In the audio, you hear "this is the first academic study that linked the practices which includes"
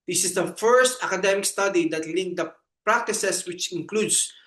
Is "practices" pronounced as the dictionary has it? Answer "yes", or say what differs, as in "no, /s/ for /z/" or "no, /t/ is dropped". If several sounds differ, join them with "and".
no, /s/ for /z/